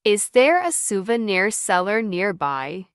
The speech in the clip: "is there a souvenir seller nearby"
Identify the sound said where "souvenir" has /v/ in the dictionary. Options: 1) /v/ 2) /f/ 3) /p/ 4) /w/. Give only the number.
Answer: 1